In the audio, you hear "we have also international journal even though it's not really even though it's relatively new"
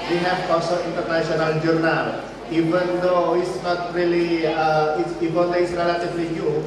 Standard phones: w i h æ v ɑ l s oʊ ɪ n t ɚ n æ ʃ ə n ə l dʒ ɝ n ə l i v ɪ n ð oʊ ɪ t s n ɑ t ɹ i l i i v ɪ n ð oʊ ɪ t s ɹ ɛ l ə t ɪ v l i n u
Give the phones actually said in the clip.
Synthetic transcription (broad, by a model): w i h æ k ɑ s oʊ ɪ n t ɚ n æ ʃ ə n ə l dʒ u n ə l i v ɪ n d oʊ ɪ t s n ɑ t ɹ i l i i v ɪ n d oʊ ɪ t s ɹ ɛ l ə t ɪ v l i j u